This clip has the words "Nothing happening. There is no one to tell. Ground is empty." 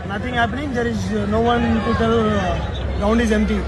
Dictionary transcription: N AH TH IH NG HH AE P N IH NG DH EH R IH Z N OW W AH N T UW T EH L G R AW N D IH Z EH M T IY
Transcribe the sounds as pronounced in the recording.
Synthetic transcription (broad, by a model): N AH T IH NG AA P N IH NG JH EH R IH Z N OW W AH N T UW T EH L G AW N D IH Z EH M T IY